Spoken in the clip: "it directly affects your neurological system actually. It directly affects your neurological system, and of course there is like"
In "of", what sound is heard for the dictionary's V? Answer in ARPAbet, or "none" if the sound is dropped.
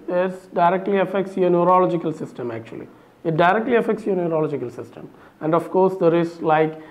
F